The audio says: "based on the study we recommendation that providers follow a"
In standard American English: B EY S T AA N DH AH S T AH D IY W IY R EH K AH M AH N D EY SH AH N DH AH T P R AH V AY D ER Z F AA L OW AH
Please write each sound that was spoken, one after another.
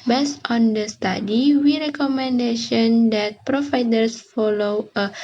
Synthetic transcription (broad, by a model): B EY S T AA N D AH S T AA D IY W IY R EH K AH M AH N D EY SH AH N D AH T P R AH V AY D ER S F AA L OW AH